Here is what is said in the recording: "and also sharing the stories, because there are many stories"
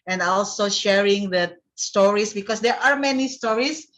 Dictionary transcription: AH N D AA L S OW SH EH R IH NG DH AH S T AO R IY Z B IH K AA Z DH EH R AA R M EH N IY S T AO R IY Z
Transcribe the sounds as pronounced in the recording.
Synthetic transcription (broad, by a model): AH N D AA L S OW SH EH R IH NG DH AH S T AO R IY S B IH K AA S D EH R AA R M EH N IY S T AO R IY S